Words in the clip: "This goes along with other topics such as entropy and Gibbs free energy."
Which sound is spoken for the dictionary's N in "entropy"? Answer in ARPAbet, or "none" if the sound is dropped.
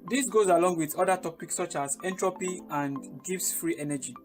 N